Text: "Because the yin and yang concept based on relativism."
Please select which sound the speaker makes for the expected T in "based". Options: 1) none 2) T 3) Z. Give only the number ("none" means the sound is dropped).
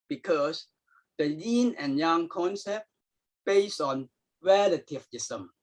1